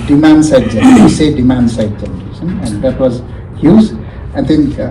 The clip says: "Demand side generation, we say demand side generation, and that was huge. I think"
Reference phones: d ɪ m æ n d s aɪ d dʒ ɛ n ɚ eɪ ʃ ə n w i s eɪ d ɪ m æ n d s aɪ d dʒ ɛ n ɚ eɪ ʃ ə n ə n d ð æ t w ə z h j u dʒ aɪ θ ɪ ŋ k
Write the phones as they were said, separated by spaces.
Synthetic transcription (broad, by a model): d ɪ m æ n d s aɪ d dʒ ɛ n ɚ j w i s eɪ d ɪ m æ n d s aɪ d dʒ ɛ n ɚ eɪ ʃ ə n ə n d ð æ t w ə z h j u z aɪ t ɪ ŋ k